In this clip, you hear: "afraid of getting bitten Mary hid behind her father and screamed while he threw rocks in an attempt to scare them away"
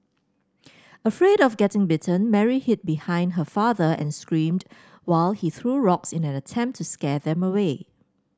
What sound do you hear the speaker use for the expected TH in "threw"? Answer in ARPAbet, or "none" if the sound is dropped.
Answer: TH